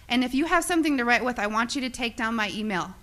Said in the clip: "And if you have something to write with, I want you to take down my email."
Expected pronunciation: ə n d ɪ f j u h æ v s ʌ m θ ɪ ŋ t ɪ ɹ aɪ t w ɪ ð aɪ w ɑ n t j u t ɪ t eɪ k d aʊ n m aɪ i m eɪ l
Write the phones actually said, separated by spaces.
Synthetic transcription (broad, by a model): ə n ɪ f j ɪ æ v s ʌ m θ ɪ ŋ t ɪ ɹ aɪ t w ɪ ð aɪ w ɑ n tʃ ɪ t ɪ t eɪ k d aʊ n m aɪ i m eɪ l